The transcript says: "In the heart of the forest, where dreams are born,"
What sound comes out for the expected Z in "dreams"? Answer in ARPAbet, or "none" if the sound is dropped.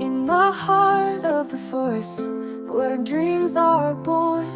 Z